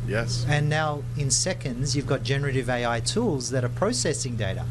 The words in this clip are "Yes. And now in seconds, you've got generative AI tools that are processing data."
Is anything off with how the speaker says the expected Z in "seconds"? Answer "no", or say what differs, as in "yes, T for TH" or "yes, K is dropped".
no